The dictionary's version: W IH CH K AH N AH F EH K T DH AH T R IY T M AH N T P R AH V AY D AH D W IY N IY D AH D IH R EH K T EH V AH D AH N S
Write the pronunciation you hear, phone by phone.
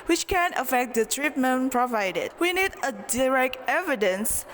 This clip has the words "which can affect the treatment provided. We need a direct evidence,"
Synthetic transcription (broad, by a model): W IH CH K AH N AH F EH K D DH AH T R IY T M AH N P R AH V AY D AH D W IY N IY D AH D IH R EH K T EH V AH D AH N S